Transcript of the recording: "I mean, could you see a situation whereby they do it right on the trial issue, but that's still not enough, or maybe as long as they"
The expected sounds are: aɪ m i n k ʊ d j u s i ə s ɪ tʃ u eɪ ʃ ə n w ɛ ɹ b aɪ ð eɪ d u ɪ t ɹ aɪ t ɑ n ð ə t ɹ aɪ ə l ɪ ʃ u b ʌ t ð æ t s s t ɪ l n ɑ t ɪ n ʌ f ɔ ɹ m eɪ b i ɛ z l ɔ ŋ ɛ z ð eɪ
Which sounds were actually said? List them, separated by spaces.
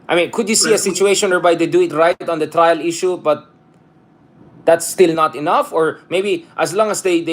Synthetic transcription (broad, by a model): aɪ m i n k ʊ d j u s i ə s ɪ tʃ u eɪ ʃ ə n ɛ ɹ b aɪ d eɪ d u ɪ t ɹ aɪ t ɑ n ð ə t ɹ aɪ ə l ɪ ʃ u b ʌ t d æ t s s t ɪ l n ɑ t ɪ n ʌ f ɔ ɹ m eɪ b i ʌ s l ɔ ŋ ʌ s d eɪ